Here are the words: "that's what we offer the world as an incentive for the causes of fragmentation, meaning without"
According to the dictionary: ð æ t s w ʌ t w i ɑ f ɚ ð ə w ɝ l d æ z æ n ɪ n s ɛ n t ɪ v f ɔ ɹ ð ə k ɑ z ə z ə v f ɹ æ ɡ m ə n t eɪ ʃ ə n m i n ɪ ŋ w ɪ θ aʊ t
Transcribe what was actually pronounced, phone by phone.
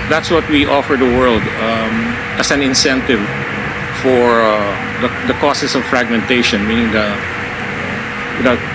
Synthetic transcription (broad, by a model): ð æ t s w ʌ t w i ɑ f ɚ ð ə w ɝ l d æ s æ n ɪ n s ɛ n t ɪ v f ɔ ɹ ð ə k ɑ s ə s ə v f ɹ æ ɡ m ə n t eɪ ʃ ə n m i n ɪ ŋ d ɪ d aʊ